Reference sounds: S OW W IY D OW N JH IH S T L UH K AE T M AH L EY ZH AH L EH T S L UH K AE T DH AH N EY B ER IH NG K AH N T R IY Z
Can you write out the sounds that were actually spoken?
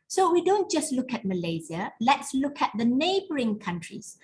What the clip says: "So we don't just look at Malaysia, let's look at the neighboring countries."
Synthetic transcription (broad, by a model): S OW W IY D OW N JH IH S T L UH K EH T M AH L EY Z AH L EH T S L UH K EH T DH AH N EY B ER IH NG K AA N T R IY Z